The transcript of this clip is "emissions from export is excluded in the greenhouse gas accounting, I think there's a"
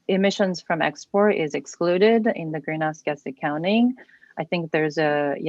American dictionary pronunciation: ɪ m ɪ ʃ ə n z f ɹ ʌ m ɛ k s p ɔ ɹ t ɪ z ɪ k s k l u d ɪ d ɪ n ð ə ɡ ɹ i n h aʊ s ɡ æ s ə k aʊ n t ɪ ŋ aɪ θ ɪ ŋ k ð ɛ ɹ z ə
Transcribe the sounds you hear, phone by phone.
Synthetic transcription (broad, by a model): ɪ m ɪ ʃ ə n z f ɹ ʌ m ɛ k s p ɔ ɹ t ɪ z ɪ k s k l u d ɪ d ɪ n ð ə ɡ ɹ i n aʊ s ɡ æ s ə k aʊ n t ɪ ŋ aɪ θ ɪ ŋ k ð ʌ ɹ z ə